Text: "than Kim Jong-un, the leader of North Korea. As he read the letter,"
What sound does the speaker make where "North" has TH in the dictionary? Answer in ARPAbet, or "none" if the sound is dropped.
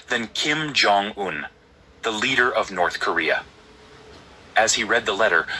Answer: TH